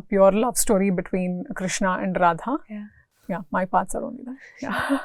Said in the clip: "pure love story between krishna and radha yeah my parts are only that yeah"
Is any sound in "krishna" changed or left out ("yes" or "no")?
no